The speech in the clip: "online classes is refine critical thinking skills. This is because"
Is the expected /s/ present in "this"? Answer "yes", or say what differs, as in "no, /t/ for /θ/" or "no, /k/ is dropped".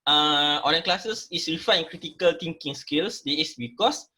no, /s/ is dropped